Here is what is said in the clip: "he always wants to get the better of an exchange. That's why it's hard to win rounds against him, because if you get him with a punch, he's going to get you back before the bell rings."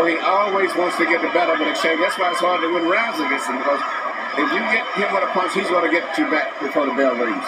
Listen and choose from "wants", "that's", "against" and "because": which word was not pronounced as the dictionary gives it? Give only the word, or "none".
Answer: against